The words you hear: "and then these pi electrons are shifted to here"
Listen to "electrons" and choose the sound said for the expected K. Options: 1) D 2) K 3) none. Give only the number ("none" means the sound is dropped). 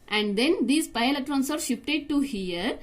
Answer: 3